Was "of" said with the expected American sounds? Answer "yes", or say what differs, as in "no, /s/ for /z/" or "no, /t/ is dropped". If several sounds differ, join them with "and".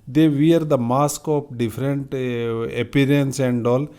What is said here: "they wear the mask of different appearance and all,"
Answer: no, /p/ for /v/